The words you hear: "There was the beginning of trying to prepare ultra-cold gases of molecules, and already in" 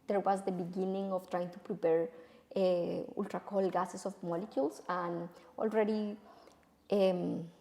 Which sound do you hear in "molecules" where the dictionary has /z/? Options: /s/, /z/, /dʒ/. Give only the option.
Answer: /s/